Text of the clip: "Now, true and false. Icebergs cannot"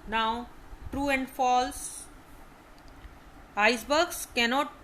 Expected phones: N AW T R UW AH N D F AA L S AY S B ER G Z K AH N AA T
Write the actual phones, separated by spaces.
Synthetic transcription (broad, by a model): N AW T R UW AH N D F AA L S AY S B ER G S K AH N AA T